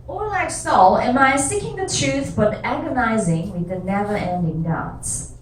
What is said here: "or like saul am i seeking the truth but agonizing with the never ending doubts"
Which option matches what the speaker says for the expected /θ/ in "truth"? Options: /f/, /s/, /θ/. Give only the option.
/θ/